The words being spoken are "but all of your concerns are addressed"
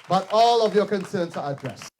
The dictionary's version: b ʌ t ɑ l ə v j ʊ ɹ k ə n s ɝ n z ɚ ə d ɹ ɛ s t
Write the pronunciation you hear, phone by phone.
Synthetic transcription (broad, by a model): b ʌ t ɑ l ə v j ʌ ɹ k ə n s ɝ n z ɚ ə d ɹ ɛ s